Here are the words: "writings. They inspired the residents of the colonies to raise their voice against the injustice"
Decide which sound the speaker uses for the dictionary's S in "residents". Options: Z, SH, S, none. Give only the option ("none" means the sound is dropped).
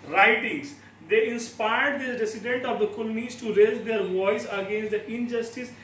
none